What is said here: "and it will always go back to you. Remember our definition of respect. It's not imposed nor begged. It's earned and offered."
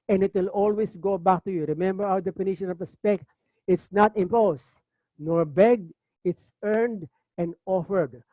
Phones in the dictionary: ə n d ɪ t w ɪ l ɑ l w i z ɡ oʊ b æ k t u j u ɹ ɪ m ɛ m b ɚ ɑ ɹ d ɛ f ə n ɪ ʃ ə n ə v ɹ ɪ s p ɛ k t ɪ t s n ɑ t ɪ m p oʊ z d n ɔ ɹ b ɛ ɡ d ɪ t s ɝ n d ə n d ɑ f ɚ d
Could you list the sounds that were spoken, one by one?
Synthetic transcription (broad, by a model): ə n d ɪ t w ɪ l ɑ l w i s ɡ oʊ b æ k t u j u ɹ ɪ m ɛ m b ɚ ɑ w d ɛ p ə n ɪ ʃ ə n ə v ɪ s p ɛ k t ɪ t s n ɑ t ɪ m p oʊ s n ɔ ɹ b ɛ ɡ ɪ t s ɝ n d ə n d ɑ f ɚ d